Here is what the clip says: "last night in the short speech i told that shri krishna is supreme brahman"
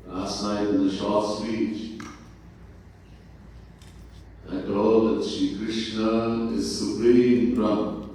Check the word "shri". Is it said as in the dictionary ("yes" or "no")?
no